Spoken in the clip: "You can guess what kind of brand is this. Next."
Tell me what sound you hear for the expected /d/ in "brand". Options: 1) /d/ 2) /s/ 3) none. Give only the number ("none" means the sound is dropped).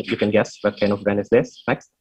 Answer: 3